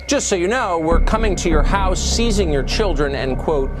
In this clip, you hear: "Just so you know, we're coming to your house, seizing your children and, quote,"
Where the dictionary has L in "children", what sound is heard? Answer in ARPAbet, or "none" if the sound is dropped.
L